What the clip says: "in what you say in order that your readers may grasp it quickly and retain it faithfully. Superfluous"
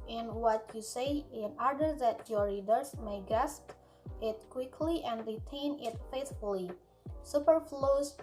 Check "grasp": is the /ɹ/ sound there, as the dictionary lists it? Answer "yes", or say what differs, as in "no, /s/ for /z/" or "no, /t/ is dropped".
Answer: no, /ɹ/ is dropped